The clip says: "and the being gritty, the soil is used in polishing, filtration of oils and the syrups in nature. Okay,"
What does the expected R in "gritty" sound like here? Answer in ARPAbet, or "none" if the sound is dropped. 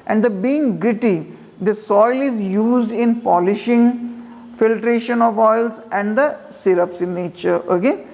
R